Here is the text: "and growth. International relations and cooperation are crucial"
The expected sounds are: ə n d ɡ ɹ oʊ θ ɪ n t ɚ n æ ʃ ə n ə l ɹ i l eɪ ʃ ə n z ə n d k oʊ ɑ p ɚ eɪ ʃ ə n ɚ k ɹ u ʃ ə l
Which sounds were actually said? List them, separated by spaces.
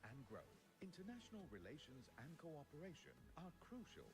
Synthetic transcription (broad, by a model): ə n ɡ ɹ oʊ θ ɪ n t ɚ n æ ʃ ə n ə l ɹ i l eɪ ʃ ə n z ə n k oʊ ɑ p ɚ eɪ ʃ ə n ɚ k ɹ u ʃ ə l